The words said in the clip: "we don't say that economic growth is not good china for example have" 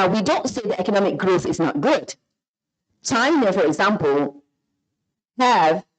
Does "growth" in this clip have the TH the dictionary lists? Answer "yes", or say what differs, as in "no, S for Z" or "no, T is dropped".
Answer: yes